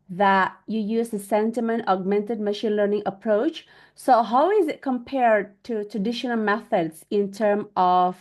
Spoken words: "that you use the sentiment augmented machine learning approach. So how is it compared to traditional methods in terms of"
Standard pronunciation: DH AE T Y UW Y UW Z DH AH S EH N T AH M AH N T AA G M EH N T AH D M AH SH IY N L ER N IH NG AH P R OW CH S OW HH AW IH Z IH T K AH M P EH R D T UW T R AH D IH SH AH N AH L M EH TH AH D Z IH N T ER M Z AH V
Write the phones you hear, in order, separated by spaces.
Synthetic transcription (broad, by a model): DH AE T Y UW Y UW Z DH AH S EH N T AH M AH N T AA G M EH N T AH D M AH SH IY N L ER N IH NG AH P R OW CH S OW HH AW IH Z IH T K AH M P EH R D T UW T R AH D IH SH AH N AH L M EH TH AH D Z IH N T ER M AH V